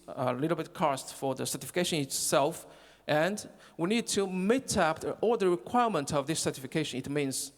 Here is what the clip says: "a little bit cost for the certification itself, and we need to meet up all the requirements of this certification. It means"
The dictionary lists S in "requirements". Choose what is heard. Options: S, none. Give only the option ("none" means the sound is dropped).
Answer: none